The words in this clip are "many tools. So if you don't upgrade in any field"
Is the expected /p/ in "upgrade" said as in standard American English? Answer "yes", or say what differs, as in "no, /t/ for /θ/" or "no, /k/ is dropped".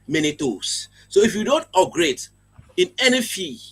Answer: no, /p/ is dropped